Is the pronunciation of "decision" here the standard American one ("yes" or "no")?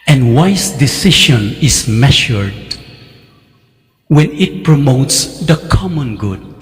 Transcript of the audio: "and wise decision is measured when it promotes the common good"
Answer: no